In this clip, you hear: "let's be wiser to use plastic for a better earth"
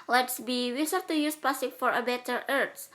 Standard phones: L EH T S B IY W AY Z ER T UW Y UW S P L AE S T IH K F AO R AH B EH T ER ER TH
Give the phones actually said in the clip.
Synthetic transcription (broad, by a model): L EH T S B IY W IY S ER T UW Y UW S P AA S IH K F AO R AH B EH T ER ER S